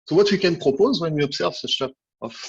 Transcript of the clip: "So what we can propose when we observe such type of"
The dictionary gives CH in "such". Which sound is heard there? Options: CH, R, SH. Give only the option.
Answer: SH